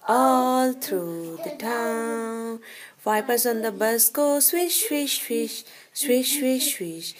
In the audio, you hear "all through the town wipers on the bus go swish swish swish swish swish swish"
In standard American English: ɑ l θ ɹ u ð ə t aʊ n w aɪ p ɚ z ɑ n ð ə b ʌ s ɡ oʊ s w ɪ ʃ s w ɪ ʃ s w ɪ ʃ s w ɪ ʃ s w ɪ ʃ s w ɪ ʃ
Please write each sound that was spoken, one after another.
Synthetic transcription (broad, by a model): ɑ l t ɹ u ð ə t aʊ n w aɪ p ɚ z ɑ n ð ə b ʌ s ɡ oʊ s w ɪ ʃ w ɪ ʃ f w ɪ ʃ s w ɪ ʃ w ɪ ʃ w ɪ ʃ